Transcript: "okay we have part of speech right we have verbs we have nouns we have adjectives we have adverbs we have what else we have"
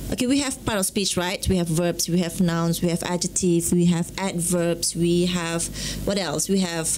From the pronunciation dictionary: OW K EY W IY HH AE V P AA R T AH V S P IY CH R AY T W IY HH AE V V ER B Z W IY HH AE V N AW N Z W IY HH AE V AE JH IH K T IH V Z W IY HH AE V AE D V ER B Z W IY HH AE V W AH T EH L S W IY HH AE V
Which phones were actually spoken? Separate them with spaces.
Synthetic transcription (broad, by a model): OW K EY W IY HH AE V P AA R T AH F S P IY CH R AY T W IY HH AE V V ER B S W IY HH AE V N AW N S W IY HH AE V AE JH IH T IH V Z W IY HH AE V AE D V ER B S W IY HH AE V W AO T EH L S W IY HH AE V